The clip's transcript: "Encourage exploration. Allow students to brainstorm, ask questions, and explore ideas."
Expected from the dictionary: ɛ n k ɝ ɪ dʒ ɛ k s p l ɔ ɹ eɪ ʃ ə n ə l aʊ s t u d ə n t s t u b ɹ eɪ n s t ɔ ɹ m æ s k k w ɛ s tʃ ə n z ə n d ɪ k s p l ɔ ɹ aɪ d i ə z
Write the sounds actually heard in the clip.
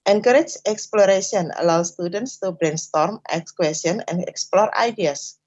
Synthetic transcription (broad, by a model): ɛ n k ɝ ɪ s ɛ k s p l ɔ ɹ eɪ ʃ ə n ə l aʊ s t u d ə n t s t u b ɹ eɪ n s t ɔ ɹ m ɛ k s k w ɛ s ə n ə n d ɪ k s p l ɔ ɹ aɪ d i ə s